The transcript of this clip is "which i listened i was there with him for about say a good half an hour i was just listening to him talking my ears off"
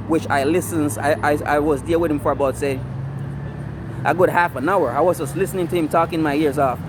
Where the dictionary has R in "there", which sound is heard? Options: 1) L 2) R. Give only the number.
1